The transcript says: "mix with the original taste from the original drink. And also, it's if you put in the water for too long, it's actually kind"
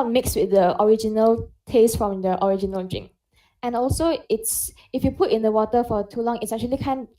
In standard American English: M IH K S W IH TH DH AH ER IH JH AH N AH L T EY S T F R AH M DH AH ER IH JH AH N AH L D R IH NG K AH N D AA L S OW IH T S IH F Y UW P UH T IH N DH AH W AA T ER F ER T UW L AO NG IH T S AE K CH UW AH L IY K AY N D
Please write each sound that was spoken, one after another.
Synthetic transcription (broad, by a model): M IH K S W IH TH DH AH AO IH JH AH N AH L T EY S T F R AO M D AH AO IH JH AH N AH L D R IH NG AH N AA L S OW IH T S IH F Y UW P UH T IH N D AH W AA T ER F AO T UW L AO NG IH T S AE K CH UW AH L IY K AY N